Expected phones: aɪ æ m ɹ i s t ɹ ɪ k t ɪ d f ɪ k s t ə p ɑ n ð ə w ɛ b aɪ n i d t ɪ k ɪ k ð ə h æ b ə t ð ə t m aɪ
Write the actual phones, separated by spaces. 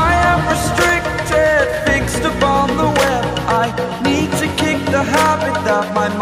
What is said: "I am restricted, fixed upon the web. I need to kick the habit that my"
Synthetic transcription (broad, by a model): aɪ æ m ɹ i s t ɹ ɪ k t ɪ d f ɪ k s t ə p ɑ n ð ə w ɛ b aɪ n i d t ɪ k ɪ k ð ə h æ b ə t ð ə t m aɪ